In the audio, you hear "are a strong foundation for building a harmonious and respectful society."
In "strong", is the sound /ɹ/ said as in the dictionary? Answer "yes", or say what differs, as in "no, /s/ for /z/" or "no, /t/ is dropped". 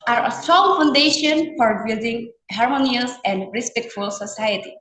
no, /ɹ/ is dropped